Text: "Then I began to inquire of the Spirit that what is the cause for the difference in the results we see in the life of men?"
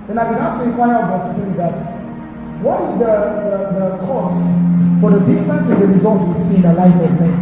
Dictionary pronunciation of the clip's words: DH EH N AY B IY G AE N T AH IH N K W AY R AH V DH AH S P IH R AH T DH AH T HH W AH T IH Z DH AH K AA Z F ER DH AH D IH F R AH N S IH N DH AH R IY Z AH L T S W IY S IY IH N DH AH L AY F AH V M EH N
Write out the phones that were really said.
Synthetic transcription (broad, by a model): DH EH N AY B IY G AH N T AH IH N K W AY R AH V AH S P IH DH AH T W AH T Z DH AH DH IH DH AH K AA S F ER DH AH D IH F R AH N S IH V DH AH R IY Z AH L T W IY S IY IH N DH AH L AY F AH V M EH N